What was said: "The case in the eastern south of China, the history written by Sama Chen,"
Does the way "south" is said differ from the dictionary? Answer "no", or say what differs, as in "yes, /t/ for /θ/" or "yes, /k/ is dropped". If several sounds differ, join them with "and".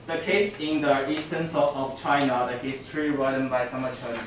yes, /t/ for /θ/